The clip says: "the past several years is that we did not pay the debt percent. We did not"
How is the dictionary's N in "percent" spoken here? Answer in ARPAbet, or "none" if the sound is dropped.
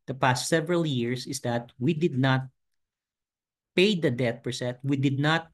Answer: none